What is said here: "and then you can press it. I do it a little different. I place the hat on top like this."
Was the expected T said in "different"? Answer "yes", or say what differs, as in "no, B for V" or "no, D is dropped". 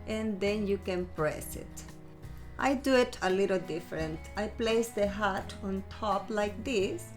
yes